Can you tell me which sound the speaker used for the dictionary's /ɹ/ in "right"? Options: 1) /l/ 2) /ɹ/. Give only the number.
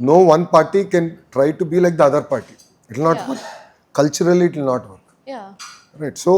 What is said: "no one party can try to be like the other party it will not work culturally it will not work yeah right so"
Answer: 2